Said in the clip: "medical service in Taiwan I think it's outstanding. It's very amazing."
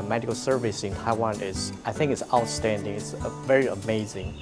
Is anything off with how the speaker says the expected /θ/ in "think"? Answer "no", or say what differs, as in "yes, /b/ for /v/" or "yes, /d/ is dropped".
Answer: no